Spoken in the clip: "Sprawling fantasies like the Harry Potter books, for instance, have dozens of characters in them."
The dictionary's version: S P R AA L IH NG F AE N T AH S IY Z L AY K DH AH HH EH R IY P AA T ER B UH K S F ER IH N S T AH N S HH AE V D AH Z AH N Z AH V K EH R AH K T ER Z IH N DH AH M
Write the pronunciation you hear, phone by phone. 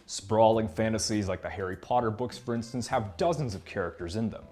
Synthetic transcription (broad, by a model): S P R AA L IH NG F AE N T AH S IY Z L AY K DH AH HH EH R IY P AA T ER B UH K S F ER IH N S T AH N S HH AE V D AH Z AH N Z AH V K EH R AH K T ER Z IH N DH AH M